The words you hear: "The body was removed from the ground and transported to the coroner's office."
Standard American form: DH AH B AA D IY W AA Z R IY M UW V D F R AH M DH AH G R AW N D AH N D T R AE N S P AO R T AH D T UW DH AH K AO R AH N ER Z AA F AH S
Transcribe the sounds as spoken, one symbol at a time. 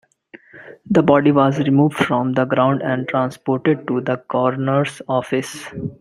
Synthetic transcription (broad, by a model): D AH B AA D IY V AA Z R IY M UW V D F R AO M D AH G R AW N D AH N D T R AE N S P AO R T AH D T UW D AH K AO R N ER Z AA F AH S